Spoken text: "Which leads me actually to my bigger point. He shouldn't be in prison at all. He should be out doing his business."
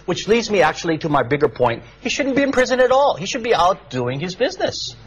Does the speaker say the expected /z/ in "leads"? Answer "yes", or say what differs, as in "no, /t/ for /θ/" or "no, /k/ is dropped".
yes